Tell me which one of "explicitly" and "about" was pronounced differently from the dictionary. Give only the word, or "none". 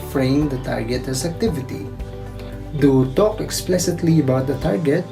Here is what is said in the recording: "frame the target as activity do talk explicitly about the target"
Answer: none